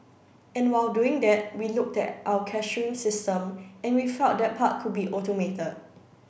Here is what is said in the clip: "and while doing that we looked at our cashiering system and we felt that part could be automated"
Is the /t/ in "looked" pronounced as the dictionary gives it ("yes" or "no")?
yes